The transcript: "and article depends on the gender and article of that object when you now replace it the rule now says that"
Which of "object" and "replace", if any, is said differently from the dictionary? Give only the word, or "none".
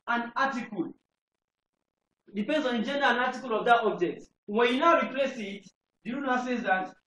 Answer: none